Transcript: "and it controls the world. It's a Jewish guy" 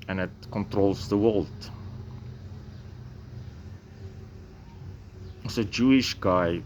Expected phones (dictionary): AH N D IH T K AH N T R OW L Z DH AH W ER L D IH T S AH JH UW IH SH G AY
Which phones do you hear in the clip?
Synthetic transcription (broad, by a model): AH N IH T K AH N T R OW L S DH AH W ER L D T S AH JH UW IH SH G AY